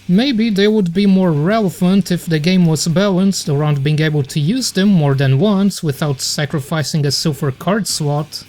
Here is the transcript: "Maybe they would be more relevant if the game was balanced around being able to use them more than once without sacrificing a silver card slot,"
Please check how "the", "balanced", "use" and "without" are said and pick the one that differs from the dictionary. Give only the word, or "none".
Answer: none